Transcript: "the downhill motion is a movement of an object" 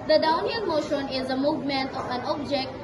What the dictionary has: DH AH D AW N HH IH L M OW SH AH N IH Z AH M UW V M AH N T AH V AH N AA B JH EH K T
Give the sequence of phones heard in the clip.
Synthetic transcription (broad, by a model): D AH D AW N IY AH N M OW SH AH N IH Z AH M UW V M AH N T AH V AH N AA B JH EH K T